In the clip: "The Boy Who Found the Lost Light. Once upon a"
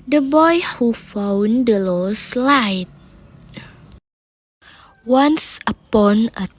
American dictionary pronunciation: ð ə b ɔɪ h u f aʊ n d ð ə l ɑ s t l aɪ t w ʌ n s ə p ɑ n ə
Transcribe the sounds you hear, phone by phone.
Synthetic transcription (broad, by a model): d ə b ɔɪ h u f aʊ n d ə l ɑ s l aɪ t w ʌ n s ə p ɑ n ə